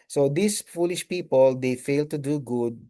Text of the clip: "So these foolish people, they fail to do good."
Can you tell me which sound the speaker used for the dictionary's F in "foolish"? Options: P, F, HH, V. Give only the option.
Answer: F